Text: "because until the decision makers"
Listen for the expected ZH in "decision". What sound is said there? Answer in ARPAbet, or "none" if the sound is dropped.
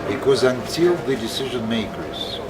ZH